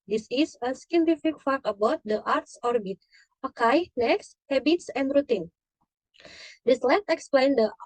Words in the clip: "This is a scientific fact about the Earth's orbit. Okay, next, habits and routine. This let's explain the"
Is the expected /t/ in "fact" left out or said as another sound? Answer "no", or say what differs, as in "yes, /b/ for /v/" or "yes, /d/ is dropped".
yes, /t/ is dropped